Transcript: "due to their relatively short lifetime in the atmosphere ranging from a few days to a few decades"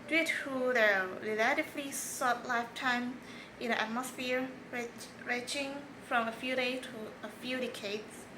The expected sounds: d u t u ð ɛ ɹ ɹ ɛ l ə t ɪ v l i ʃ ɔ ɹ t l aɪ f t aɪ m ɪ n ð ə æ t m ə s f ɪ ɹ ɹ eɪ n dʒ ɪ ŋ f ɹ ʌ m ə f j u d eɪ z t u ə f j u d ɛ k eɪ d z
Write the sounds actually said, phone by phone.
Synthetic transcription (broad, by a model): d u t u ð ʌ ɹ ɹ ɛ l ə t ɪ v l i s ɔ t l aɪ f t aɪ m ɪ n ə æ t m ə s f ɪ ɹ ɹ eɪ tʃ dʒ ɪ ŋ f ɹ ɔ m ə f j u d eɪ t u ə f j u d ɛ k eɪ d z